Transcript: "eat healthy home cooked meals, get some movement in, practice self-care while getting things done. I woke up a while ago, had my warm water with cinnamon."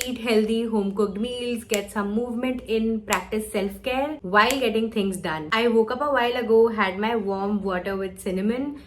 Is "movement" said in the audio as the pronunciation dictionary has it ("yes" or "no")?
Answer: yes